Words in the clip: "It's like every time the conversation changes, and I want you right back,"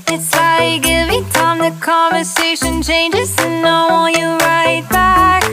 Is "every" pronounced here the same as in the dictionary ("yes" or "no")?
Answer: no